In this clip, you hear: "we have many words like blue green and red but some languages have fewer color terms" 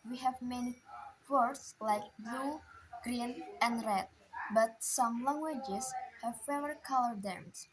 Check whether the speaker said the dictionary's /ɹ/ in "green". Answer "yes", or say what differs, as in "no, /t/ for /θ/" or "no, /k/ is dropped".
yes